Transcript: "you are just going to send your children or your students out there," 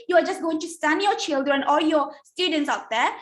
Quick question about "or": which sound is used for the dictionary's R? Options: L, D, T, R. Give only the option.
L